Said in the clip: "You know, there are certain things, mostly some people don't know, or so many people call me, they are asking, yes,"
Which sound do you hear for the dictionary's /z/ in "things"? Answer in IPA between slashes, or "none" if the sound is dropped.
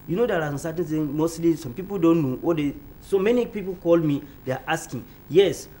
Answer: none